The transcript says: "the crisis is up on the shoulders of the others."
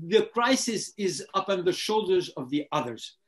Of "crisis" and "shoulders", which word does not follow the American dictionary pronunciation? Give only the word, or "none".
none